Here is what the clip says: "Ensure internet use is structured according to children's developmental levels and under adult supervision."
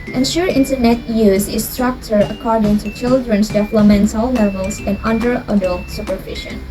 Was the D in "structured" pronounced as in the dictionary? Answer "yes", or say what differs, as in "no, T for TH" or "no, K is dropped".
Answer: no, D is dropped